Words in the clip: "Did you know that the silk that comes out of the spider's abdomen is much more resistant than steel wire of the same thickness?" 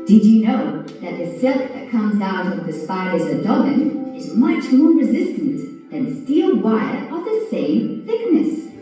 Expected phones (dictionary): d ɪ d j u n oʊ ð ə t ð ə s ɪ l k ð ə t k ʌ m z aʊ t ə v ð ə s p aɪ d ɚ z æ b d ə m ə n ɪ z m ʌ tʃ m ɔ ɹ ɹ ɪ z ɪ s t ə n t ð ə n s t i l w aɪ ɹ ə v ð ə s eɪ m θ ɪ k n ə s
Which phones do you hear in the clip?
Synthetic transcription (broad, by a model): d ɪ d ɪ n oʊ ð ə t ð ə s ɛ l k ð ə t k ʌ m z aʊ t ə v ð ə s p aɪ d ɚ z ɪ d ə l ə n ɪ z m ʌ tʃ m ɔ ɹ ɹ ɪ z ɪ s t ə n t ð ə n s t i l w aɪ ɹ ə v ð ə s eɪ m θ ɪ k n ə s